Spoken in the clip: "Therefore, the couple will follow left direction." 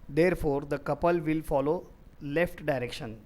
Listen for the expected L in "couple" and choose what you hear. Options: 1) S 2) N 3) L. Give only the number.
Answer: 3